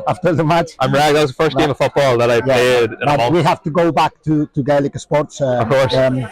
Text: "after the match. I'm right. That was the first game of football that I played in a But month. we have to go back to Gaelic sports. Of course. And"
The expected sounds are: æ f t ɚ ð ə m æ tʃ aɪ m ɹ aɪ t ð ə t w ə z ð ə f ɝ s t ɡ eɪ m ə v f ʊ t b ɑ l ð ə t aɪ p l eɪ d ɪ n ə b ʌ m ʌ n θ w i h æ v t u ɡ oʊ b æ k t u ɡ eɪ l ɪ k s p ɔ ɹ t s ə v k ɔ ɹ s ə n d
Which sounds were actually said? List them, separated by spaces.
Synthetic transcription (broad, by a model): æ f t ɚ ð ə m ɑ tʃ aɪ m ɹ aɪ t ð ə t w ə z ð ə f ɝ s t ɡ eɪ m ə v f ʊ t b ɑ l ð ə t aɪ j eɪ ɪ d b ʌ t w i h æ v t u ɡ oʊ b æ k t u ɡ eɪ l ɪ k s p ɔ ɹ t s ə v k ɔ ɹ s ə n